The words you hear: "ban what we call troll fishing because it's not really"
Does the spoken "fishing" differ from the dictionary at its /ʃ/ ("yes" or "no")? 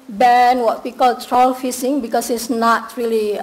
yes